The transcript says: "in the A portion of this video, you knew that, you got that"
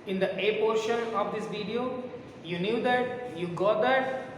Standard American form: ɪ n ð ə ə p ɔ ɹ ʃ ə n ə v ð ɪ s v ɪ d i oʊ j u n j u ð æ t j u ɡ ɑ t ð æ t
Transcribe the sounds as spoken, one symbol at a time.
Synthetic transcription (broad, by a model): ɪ n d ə ə p ɔ ɹ ʃ ə n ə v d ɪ s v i d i oʊ j u n j u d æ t j u ɡ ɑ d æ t